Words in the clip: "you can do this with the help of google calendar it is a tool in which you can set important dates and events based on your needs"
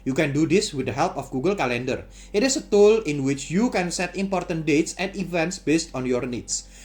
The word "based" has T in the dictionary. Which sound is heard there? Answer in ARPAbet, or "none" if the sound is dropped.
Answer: T